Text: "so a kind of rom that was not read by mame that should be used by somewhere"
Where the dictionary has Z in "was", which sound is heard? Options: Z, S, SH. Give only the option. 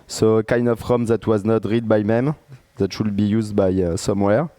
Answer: Z